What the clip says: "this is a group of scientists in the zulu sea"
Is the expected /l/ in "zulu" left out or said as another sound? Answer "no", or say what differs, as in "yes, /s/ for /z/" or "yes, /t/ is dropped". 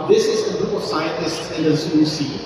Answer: yes, /l/ is dropped